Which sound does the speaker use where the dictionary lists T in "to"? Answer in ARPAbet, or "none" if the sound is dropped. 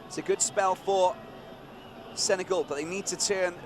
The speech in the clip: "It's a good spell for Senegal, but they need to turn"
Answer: T